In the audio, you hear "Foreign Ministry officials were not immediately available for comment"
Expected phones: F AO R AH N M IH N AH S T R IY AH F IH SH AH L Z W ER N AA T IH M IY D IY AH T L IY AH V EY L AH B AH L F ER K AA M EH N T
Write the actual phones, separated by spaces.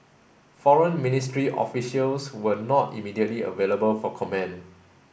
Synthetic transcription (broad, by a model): F AO R AH N M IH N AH S T R IY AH F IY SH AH L S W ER N AA T IH M IY D IY AH T L IY AH V EY L AH B AH L F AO K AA M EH N